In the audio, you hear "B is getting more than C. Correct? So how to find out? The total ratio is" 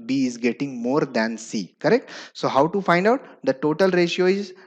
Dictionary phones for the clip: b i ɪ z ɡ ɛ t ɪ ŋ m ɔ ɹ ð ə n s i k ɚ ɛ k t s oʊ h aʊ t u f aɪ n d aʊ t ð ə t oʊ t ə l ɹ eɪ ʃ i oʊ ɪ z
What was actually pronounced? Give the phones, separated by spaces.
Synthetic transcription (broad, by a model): b i ɪ z ɡ ɛ t ɪ ŋ m ɔ ɹ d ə n s i k ɚ ɛ k t s oʊ h aʊ t u f aɪ n d aʊ t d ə t oʊ t ə l ɹ eɪ ʃ i oʊ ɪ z